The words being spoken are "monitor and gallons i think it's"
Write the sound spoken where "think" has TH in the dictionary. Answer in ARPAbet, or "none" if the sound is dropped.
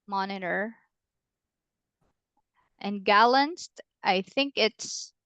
TH